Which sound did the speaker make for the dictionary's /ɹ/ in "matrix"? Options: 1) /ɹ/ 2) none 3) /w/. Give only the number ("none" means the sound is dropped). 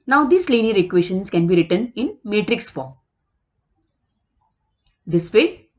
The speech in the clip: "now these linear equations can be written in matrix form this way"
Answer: 1